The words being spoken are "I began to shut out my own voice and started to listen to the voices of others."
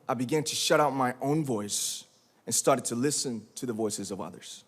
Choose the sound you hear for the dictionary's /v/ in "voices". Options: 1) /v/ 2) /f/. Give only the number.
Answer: 1